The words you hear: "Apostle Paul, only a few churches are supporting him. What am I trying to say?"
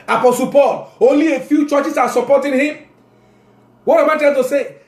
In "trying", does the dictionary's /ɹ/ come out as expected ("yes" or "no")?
no